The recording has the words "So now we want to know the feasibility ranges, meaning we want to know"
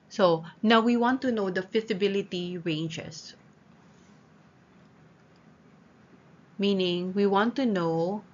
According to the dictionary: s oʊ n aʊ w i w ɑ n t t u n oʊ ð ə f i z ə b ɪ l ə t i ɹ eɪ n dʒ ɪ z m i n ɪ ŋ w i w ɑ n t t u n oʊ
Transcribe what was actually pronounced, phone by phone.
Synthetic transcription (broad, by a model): s oʊ n aʊ w i w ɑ n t t u n oʊ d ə f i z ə b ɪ l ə t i ɹ eɪ n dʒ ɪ s m i n ɪ ŋ w i w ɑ n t t u n oʊ